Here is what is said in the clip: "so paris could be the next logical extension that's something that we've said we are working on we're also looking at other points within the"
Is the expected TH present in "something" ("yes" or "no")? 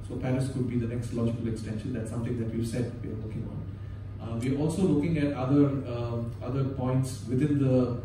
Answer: no